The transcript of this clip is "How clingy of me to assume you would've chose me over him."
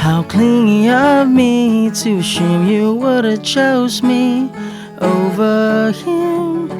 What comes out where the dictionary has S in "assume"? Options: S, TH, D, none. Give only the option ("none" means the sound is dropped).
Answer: none